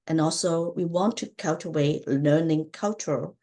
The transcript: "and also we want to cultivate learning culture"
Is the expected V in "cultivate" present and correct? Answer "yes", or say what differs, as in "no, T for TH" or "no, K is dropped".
no, W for V